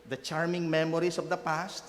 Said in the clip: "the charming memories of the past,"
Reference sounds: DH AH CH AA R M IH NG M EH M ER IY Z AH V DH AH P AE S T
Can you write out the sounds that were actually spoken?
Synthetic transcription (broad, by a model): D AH CH AA R M IH NG M EH M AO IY S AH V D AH P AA S T